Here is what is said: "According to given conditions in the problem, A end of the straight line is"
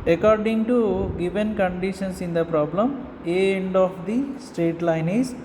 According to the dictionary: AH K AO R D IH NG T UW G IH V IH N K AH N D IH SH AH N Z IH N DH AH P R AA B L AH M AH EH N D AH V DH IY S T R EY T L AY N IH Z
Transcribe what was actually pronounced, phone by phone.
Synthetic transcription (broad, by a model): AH K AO R D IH NG T UW G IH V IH N K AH N D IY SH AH N S IH N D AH P R AA B L AH M AH N D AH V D IY S T R EY T L AY N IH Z